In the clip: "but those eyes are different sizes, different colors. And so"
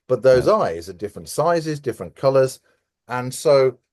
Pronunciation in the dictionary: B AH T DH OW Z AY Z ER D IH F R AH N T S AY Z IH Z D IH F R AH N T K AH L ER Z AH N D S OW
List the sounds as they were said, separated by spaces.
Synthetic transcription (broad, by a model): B AH T DH OW Z AY Z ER D IH F R AH N T S AY Z IH Z D IH F R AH N K AH L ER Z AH N S OW